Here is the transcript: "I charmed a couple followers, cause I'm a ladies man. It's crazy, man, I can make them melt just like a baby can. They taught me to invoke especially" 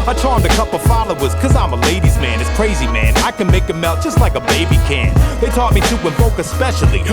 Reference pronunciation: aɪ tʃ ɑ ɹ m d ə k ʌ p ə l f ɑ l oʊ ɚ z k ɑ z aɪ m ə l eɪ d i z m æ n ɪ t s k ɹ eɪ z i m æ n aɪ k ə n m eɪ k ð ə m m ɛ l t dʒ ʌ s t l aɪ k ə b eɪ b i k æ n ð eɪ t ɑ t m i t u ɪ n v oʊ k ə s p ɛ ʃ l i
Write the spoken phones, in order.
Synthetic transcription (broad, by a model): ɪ tʃ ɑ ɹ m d ə k ʌ p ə f ɑ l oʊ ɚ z k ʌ z aɪ m ə l eɪ d i z m æ n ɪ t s k ɹ eɪ z i m æ n aɪ k ə n m eɪ k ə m m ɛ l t dʒ ʌ s t l aɪ k ə b eɪ b i k æ n ð eɪ t ɑ t m i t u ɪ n b oʊ k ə s p ɛ ʃ l i